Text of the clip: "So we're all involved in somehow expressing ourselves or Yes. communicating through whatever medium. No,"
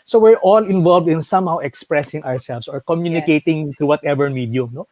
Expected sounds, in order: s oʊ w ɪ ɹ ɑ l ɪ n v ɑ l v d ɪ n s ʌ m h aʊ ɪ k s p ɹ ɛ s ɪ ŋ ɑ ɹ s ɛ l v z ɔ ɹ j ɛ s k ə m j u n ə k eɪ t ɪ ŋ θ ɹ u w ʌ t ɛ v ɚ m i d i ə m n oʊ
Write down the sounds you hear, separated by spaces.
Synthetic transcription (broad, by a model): s oʊ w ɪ ɹ ɑ l ɪ n v ɑ l v d ɪ n s ʌ m h aʊ ɪ k s p ɹ ɛ s ɪ ŋ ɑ ɹ s ɛ l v s ɔ ɹ k ə m j u n ə k eɪ t ɪ ŋ t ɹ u w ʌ t ɛ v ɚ m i d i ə m n oʊ